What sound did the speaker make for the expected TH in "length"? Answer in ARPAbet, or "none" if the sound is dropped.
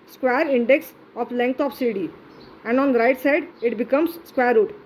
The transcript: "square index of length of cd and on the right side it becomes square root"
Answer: T